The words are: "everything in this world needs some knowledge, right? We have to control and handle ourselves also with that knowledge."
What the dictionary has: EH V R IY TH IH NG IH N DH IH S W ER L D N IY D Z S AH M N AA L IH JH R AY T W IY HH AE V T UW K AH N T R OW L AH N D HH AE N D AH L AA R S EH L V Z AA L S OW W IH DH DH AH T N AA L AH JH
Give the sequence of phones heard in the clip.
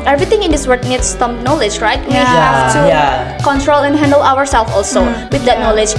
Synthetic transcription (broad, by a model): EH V R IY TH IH NG IH N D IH S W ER D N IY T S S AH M N AA L IH JH R AY T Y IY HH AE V T UW K AH N T R OW L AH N HH AE N D AH L AA R S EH L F AA L S OW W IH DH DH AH T N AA L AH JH